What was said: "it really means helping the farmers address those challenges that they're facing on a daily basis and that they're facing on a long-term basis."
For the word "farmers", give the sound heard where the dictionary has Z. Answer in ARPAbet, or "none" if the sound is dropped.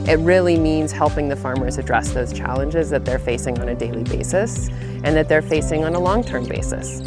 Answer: Z